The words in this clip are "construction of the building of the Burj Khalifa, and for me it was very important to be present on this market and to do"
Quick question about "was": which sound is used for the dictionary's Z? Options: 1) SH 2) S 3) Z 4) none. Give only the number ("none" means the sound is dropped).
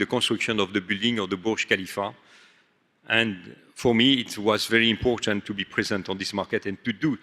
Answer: 3